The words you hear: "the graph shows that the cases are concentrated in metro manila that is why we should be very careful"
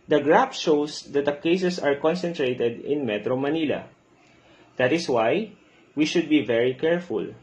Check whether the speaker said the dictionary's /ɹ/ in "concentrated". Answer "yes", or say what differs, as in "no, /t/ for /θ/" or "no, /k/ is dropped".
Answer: yes